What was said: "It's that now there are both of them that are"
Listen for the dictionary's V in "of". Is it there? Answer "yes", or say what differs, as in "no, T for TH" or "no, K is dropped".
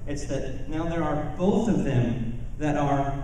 yes